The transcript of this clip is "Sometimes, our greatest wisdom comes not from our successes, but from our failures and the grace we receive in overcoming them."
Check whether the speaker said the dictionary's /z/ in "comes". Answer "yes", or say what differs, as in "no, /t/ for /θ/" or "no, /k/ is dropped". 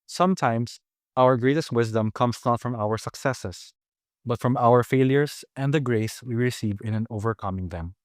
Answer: no, /s/ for /z/